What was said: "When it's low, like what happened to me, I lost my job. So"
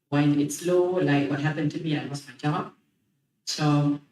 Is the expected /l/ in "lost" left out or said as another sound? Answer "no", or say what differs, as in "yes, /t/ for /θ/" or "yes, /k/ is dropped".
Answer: yes, /w/ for /l/